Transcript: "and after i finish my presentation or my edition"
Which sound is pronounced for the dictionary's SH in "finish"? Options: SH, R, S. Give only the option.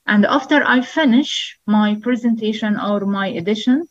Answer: SH